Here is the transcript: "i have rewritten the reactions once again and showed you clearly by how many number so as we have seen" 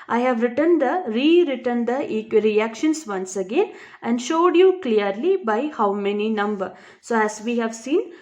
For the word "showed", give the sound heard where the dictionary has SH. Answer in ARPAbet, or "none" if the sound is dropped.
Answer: SH